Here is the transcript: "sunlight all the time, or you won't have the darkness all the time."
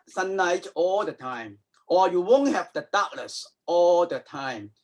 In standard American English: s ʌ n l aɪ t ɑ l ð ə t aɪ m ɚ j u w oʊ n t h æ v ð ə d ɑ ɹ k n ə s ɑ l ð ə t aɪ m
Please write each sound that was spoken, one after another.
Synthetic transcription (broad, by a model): s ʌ n aɪ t ɑ l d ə t aɪ m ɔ j u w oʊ n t h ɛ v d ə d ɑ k l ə s ɑ l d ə t aɪ m